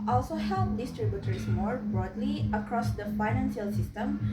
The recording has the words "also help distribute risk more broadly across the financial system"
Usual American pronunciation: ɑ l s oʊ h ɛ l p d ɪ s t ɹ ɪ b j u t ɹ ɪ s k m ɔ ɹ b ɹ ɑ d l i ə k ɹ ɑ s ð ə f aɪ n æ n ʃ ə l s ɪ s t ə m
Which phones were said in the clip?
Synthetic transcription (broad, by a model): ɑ l s oʊ h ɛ l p d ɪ s t ɹ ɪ b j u t ɹ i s m ɔ ɹ b ɹ ɑ d l i ə k ɹ ɑ s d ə f aɪ n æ n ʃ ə l s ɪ s t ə m